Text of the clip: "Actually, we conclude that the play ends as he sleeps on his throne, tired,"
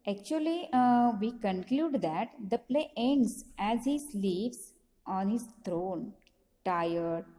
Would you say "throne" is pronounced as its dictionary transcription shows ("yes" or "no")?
no